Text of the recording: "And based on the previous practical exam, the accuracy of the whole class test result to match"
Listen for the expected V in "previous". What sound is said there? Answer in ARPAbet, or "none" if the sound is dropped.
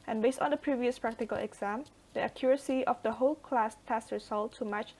V